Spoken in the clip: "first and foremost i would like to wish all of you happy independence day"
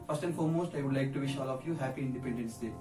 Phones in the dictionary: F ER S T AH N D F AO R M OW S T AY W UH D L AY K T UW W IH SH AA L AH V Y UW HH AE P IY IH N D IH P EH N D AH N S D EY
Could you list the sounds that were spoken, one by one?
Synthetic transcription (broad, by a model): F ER S T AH N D F AO R M OW S T AY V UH D L AY K T UW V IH SH AA L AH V Y UW HH AE P IY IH N D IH P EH N D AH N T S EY